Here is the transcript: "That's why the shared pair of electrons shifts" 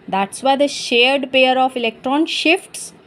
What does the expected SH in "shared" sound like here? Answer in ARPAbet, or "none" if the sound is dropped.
SH